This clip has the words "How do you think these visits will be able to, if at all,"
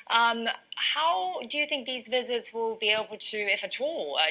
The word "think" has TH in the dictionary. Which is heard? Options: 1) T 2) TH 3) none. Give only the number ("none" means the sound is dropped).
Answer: 2